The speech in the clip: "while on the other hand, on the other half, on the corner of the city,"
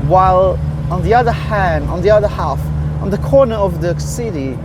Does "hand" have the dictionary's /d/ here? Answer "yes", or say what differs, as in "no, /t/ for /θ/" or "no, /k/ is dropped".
no, /d/ is dropped